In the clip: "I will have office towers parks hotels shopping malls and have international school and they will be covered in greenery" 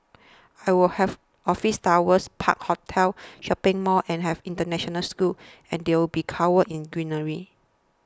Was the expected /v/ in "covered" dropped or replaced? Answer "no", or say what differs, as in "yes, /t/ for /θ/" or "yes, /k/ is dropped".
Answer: yes, /w/ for /v/